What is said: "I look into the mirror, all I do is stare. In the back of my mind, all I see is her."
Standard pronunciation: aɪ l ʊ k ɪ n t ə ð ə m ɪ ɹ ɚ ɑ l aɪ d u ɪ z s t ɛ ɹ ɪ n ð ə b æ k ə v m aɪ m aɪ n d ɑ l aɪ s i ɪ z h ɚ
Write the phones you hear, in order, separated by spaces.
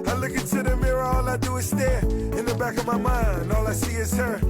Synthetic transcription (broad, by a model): aɪ l ʊ k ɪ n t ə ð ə m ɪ ɹ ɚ ɑ l aɪ d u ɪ s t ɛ ɪ n ð ə b æ k ə v m aɪ m aɪ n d ɑ l aɪ s i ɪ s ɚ